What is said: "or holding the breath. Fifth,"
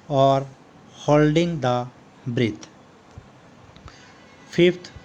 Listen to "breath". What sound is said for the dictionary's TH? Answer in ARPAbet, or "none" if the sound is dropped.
T